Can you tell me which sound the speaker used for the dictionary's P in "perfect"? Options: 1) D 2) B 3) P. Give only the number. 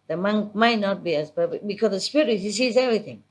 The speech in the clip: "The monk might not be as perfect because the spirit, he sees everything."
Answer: 2